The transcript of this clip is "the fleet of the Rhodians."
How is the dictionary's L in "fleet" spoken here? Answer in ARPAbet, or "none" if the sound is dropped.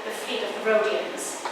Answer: none